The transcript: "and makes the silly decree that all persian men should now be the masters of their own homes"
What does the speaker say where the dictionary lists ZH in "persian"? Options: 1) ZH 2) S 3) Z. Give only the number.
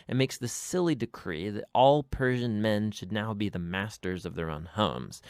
1